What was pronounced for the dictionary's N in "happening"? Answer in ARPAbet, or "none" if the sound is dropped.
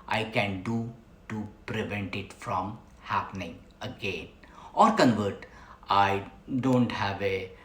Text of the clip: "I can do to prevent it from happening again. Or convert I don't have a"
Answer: N